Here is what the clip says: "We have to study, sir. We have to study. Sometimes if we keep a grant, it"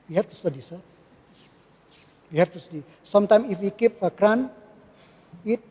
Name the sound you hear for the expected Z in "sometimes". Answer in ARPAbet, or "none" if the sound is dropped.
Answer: none